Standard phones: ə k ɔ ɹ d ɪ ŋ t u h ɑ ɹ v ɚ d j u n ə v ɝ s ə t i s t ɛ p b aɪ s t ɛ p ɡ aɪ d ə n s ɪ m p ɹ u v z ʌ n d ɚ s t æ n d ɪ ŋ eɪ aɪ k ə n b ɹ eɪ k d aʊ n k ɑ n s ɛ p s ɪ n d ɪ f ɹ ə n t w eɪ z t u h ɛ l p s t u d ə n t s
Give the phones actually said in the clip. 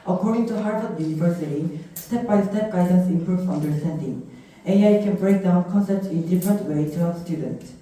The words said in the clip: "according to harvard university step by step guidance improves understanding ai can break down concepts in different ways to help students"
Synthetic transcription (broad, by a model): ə k ɔ ɹ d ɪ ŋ t u h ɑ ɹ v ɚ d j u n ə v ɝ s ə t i s t ɛ p b aɪ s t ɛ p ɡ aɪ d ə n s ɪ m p ɹ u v s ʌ n d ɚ s t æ n d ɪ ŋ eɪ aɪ k ə n b ɹ eɪ k d aʊ n k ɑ n s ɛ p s ɪ n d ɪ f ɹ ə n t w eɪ t u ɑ s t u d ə n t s